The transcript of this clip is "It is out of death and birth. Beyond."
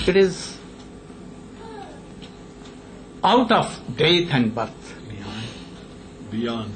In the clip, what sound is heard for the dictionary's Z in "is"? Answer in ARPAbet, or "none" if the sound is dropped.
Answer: Z